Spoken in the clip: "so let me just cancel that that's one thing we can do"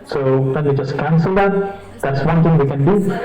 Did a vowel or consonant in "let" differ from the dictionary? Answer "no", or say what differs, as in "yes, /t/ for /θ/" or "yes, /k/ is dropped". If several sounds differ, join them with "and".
yes, /w/ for /l/